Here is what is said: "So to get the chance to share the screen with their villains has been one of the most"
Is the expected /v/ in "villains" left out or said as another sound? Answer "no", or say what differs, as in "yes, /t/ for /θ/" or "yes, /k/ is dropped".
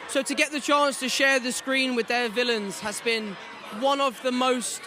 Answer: no